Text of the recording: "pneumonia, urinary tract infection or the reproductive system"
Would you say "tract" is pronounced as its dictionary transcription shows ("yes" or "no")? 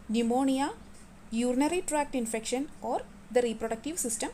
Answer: yes